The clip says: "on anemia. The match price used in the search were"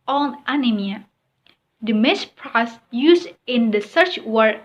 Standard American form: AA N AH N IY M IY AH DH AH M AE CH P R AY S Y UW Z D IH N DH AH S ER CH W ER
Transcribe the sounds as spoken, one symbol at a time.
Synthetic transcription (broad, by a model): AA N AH N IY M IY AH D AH M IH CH P R AY S Y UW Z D IH N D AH S ER CH W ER